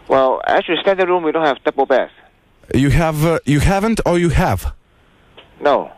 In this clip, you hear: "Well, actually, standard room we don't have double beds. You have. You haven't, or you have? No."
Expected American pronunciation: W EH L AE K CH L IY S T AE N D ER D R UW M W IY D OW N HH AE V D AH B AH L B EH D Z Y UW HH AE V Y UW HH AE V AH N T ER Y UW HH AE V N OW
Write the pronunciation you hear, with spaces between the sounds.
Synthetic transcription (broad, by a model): W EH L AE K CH IY S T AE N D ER R UW M W IY D OW N HH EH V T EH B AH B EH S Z Y UW HH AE V Y UW HH AE V AH N T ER Y UW HH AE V N OW